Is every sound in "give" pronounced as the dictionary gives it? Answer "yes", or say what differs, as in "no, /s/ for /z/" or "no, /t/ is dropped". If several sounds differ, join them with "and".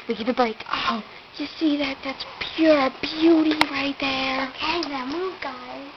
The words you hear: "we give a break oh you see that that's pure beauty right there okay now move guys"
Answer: no, /p/ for /v/